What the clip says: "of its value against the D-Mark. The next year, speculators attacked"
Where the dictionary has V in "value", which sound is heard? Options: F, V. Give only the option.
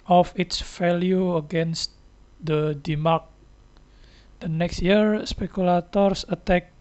F